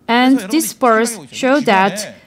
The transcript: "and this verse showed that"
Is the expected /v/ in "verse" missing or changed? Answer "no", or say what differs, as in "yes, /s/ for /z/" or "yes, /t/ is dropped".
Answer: yes, /p/ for /v/